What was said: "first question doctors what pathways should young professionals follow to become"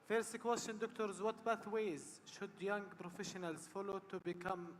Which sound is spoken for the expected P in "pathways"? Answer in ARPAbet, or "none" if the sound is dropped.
B